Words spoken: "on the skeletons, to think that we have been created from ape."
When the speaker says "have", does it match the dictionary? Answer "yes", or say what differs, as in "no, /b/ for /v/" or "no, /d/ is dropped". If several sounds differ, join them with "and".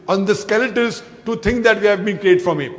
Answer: yes